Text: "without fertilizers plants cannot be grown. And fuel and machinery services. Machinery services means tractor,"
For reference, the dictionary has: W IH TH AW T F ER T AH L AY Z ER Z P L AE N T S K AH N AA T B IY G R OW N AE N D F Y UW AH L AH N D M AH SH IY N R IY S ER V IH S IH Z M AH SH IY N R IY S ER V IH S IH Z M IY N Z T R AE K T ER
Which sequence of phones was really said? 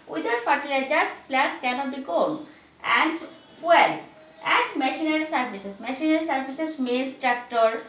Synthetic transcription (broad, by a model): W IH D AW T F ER T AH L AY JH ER S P L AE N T S K AH N AA T B IY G OW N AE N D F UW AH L AH N D M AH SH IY N R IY S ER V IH S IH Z M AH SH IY N R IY S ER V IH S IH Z M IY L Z T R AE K T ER